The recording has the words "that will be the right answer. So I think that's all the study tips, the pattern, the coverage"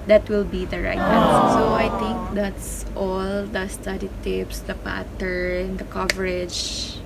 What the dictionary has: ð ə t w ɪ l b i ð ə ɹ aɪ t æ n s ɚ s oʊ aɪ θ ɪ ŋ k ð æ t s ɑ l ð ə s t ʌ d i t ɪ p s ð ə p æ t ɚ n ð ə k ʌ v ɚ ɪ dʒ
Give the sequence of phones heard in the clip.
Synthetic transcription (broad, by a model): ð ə t w ɪ l b i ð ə ɹ aɪ t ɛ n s s oʊ aɪ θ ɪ ŋ k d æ t s ɑ l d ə s t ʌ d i t ɪ p s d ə p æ t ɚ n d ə k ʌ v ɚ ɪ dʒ